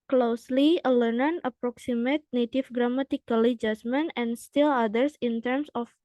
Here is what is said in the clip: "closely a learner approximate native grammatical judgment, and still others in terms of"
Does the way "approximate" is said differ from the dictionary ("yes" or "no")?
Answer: no